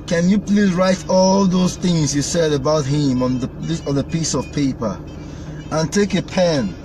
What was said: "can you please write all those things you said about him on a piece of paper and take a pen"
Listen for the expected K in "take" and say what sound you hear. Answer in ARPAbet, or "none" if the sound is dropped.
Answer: K